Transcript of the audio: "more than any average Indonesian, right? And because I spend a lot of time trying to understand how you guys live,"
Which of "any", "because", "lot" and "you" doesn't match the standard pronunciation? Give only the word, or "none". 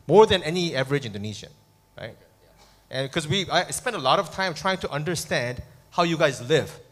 because